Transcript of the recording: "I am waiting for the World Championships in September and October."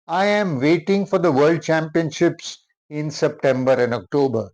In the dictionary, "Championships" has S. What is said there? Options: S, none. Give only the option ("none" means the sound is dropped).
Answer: S